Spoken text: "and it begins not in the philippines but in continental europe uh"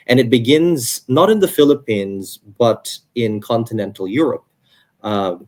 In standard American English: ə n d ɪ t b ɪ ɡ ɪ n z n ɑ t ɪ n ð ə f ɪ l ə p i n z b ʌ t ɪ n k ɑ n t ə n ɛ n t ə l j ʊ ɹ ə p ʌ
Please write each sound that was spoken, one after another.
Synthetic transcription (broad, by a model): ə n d ɪ t b ɪ ɡ ɪ n z n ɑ t ɪ n ð ə f ɪ l ə p i n z b ʌ t ɪ n k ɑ n t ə n ɛ n t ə l j ʊ ɹ ə p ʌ